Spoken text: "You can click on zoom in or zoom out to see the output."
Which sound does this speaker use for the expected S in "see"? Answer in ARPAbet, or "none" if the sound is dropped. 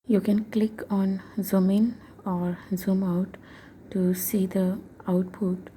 S